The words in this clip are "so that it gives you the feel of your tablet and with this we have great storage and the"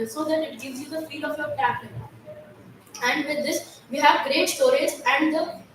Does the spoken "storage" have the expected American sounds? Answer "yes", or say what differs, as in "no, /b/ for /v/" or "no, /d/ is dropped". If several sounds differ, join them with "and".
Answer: no, /z/ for /dʒ/